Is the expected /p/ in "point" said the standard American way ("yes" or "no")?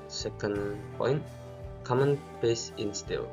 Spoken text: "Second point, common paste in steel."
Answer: yes